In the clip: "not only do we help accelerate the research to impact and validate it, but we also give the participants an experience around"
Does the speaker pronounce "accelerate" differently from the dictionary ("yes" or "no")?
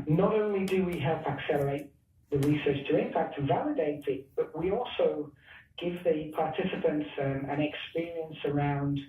no